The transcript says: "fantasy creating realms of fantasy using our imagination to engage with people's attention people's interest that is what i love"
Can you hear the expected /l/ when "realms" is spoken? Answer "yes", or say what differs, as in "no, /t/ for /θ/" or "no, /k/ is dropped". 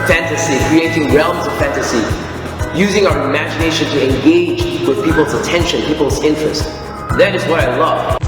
yes